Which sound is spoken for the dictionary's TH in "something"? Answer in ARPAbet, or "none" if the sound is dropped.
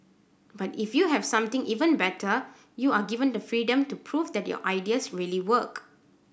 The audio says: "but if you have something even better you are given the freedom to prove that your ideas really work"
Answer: T